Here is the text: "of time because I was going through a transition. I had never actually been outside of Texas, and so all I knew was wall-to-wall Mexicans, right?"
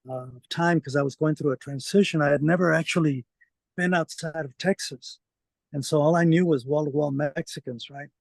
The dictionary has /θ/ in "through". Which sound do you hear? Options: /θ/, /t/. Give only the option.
/θ/